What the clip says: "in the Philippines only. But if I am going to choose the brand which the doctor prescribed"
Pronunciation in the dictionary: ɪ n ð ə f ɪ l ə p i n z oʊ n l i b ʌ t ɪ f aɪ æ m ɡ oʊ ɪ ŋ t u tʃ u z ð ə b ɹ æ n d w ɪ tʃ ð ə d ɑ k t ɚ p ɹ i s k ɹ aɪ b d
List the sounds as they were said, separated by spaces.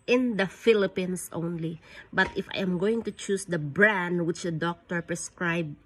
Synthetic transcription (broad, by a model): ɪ n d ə f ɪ l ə p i n s oʊ n l i b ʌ t ɪ f aɪ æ m ɡ oʊ ɪ ŋ t u tʃ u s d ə b ɹ æ n d w ɪ tʃ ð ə d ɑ k t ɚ p ɹ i s k ɹ aɪ b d